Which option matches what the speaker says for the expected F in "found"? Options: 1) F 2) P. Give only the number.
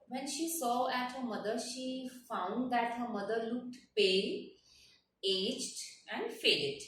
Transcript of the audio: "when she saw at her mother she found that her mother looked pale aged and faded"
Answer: 1